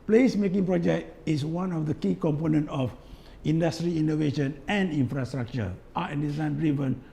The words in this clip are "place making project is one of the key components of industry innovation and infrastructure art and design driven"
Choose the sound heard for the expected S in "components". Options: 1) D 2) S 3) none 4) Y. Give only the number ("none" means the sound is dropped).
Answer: 3